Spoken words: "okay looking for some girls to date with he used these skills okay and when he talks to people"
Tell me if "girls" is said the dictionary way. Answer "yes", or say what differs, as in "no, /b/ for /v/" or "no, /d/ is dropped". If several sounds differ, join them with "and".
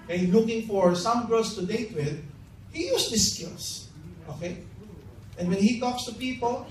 no, /s/ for /z/